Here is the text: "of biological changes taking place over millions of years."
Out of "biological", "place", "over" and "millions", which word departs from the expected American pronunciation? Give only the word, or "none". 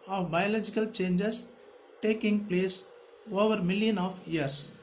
millions